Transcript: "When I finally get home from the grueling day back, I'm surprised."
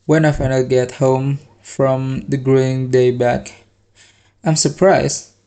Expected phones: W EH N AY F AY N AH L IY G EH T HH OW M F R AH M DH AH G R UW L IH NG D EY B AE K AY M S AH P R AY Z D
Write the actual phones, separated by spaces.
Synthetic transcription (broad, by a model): W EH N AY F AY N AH IY G EH T HH OW M F R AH M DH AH G R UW IH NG D EY B AE K AY M S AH P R AY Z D